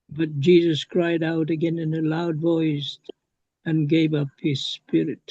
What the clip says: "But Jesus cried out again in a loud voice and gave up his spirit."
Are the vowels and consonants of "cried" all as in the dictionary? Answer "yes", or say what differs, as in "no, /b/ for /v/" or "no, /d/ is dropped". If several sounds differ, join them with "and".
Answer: yes